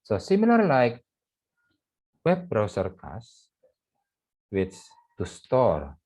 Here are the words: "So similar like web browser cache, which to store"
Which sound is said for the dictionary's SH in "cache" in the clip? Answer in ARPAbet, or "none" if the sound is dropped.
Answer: S